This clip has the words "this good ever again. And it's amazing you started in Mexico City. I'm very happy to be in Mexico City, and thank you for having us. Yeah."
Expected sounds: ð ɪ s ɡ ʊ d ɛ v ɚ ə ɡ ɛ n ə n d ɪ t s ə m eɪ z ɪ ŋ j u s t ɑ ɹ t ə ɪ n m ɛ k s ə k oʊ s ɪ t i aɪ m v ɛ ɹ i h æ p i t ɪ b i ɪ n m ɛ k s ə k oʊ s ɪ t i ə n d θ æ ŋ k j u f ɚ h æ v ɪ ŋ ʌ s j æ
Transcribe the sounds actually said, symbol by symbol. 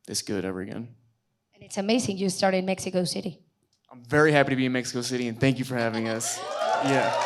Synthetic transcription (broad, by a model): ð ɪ s ɡ ʊ d ɛ v ɚ ə ɡ ɛ n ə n ɪ t s ə m eɪ z ɪ ŋ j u s t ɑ ɹ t ɪ n m ɛ k s ə k oʊ s ɪ t i aɪ m v ɛ ɹ i h æ p i t ɪ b i ɪ n m ɛ k s ə k oʊ s ɪ t i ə n θ æ ŋ k j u f ɚ h æ v ɪ ŋ ʌ s j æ